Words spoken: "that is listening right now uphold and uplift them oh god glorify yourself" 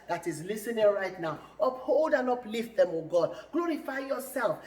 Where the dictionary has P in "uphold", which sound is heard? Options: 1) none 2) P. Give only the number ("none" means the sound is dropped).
2